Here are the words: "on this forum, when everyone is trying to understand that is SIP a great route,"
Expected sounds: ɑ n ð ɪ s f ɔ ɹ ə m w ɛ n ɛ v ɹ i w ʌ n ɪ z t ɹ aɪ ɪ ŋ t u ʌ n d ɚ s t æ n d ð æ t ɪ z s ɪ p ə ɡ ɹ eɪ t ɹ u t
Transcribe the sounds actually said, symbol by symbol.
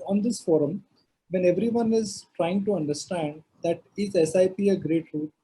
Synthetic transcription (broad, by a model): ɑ n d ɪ s f ɔ ɹ ə m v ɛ n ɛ v ɹ i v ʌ n ɪ z t ɹ aɪ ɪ ŋ t u ʌ n d ɚ s t æ n d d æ t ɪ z s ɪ p ə ɡ ɹ eɪ t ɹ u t